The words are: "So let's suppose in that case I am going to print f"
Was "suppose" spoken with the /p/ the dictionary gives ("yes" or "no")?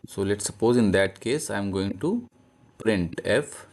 yes